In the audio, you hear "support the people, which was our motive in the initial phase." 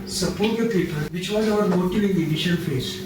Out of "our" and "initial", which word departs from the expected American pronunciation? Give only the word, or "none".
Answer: initial